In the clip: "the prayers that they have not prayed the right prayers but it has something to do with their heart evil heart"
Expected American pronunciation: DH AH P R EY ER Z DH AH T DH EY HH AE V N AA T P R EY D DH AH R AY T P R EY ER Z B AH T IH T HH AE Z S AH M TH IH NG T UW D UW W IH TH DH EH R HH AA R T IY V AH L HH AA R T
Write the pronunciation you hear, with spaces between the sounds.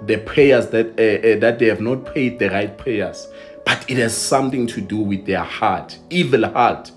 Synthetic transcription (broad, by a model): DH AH P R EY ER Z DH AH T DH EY HH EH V N AA T P EY D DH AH R AY T P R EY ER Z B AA T IH T HH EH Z S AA M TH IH NG T UW D UW W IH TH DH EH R HH AA T IY V AH L HH AA T